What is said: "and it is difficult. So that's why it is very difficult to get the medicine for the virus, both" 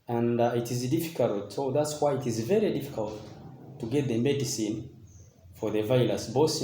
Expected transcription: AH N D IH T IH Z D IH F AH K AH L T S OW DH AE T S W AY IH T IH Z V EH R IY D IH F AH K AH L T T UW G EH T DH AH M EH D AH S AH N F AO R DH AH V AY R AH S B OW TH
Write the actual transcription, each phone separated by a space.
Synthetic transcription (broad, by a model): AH N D IH T IH Z D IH F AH K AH L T S OW DH AE T S W AY IH T IH Z V EH R IY D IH F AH K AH L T T UW G EH T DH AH M EH D AH S AH N F AO R DH AH V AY L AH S B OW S